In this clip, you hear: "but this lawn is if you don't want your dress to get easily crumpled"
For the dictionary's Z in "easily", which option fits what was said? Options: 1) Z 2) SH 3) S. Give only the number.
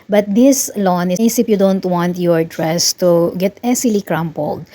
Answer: 3